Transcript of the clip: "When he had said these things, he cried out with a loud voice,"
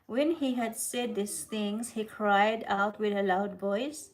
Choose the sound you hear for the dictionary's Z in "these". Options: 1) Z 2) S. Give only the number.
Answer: 2